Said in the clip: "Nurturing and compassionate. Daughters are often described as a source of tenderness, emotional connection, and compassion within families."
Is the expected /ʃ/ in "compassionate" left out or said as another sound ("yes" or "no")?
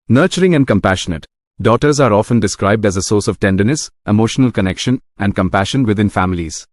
no